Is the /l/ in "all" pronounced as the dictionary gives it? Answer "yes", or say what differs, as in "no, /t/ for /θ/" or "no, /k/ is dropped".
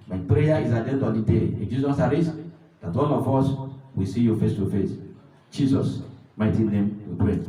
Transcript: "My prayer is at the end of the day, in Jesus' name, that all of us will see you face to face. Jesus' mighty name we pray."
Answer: no, /n/ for /l/